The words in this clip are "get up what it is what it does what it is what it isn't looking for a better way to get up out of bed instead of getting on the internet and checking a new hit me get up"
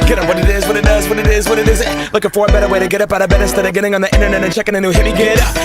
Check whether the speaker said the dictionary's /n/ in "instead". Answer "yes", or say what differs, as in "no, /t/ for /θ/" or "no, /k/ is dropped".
no, /n/ is dropped